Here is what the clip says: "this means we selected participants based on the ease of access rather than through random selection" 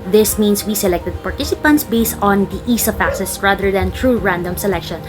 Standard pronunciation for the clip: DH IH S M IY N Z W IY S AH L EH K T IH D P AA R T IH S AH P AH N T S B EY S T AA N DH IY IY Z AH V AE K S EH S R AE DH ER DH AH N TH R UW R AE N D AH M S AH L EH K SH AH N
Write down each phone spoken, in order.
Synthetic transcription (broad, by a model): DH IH S M IY N S W IY S AH L EH K T IH D P AA R T IH S AH P AH N T S B EY S T AA N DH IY IY S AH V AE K S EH S R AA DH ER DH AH N T R UW R AE N D AH M S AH L EH K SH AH N